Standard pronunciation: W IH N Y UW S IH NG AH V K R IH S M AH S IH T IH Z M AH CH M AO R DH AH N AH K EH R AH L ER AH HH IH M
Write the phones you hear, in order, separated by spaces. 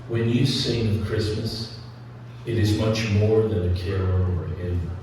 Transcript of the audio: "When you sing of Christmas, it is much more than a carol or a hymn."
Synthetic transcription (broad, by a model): W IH N Y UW S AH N K R IH S M AH S IH T IH Z M AH CH M AO R DH AH N AH K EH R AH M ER AH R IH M